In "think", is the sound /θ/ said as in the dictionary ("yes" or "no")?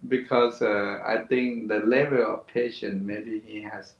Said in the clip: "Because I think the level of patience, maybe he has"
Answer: no